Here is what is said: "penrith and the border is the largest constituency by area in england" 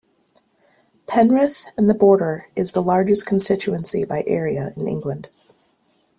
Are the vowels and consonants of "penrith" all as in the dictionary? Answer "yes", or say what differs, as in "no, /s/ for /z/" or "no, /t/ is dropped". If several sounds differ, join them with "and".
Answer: yes